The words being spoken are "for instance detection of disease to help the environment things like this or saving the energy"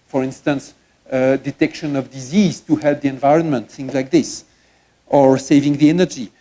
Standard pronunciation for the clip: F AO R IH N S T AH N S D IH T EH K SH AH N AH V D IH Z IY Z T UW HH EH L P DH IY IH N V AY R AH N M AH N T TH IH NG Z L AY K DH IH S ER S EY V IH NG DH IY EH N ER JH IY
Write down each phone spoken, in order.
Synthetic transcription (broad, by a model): F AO R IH N S T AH N S D IH T EH K SH AH N AH V D IH Z IY Z T UW HH EH L P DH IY IH N V AY R AH N M AH N T TH IH NG Z L AY K DH IH S ER S EY V IH NG DH IY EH N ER JH IY